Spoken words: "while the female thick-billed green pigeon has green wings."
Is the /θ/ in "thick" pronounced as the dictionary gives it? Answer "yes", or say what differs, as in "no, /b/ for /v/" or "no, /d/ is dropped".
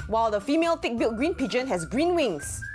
no, /t/ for /θ/